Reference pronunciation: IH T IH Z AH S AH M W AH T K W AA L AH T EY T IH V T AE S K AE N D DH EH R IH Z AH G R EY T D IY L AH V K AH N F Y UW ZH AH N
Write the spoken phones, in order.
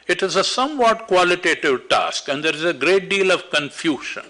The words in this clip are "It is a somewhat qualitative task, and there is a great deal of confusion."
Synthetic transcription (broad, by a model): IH T IH Z AH S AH M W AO T K W AA L AH T EY T IH V T AE S K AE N D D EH R IH Z AH G R EY T D IY L AH V K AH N F Y UW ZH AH N